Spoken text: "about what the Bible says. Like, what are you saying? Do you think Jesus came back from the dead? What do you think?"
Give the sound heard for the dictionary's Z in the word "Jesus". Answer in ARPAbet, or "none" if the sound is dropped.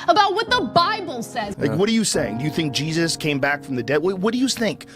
Z